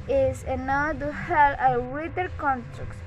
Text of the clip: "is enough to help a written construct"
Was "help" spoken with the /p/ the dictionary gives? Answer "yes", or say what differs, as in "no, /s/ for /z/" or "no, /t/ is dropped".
no, /p/ is dropped